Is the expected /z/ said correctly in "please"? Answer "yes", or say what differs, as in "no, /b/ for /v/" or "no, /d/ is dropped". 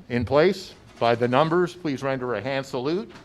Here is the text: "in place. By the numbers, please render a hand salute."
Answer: yes